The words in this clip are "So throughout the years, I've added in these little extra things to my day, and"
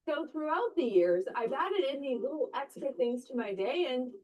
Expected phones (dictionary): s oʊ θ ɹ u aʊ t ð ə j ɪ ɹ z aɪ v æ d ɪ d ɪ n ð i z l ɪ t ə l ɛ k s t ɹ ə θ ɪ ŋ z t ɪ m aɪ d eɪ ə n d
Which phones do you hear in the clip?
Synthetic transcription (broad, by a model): oʊ θ ɹ u aʊ t ð ə j ɪ ɹ z aɪ v æ d ɪ d ɪ n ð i l ɪ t l ɛ k s t ɹ ə θ ɪ ŋ z t ɪ m aɪ d eɪ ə n